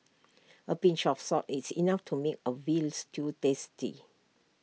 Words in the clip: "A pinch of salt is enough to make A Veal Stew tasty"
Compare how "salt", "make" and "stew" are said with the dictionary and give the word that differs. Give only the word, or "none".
salt